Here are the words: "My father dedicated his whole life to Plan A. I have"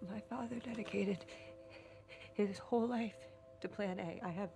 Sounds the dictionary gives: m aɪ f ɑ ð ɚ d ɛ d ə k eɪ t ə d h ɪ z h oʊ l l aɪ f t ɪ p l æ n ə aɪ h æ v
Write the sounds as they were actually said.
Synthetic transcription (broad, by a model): m aɪ f ɑ ð ɚ d ɛ d ə k eɪ t ə d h ɪ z h oʊ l l aɪ f t ɪ p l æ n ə aɪ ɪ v